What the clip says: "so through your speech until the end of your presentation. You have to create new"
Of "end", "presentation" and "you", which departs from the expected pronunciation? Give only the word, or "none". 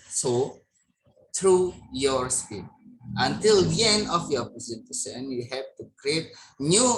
presentation